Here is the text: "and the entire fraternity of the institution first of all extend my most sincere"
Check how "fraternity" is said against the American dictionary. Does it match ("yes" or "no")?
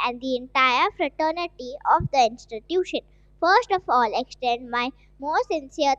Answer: yes